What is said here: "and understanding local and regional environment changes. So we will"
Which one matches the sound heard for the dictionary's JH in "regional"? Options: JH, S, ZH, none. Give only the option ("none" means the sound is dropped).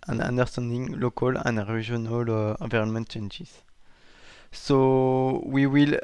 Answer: ZH